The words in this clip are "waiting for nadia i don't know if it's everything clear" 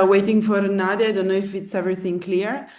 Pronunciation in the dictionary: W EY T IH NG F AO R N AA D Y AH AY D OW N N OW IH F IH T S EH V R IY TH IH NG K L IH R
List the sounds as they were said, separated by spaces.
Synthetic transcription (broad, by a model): W EY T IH NG F AO R N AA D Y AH AY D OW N N OW IH F IH T S EH V R IY TH IH NG K L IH R